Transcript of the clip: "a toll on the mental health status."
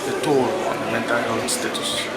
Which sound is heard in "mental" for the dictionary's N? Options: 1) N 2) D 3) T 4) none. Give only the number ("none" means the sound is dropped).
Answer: 1